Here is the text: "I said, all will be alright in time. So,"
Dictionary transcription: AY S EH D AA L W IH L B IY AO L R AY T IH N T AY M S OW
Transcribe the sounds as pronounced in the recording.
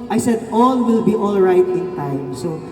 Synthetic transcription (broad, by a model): AY S EH D AA L W IH L B IY AO L R AY T IH N T AY M S OW